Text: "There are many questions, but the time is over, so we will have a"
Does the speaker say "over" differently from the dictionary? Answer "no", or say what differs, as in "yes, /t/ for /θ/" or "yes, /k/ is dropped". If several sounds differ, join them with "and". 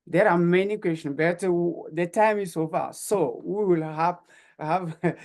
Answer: yes, /f/ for /v/